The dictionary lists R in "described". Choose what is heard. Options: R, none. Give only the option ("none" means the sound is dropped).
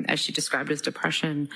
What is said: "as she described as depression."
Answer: R